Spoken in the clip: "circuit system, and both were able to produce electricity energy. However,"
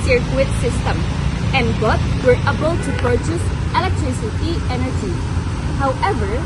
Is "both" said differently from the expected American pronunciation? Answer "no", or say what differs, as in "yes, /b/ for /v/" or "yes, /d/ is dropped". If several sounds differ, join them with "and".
yes, /t/ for /θ/